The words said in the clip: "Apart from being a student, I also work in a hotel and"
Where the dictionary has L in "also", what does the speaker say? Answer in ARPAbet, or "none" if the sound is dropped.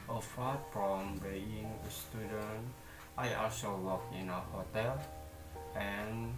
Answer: none